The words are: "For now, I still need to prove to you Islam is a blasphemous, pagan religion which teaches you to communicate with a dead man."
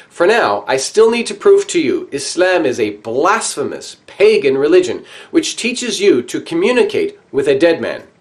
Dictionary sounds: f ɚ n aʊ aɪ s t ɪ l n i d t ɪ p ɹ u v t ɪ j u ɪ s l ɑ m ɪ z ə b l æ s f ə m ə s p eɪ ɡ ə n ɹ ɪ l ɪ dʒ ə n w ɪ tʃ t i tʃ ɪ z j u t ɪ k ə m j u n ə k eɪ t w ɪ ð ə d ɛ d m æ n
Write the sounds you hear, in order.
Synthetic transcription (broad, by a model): f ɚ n aʊ aɪ s t ɪ l n i d t ɪ p ɹ u v t ɪ j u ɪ s l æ m ɪ z ə b l æ s f ə m ə s p eɪ ɡ ə n ɹ ɪ l ɪ dʒ ə n w ɪ tʃ t i tʃ ɪ z j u t ɪ k ə m j u n ə k eɪ t w ɪ ð ə d ɛ d m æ n